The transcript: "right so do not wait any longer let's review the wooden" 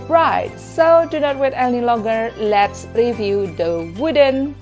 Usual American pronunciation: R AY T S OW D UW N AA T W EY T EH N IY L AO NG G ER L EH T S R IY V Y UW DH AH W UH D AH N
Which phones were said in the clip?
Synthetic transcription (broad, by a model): R AY T S OW D UW N AA T W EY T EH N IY L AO G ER L EH T S R IY V Y UW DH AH W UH D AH N